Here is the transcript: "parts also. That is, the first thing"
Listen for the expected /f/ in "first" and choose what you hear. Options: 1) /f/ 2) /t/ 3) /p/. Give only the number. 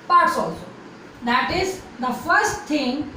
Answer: 1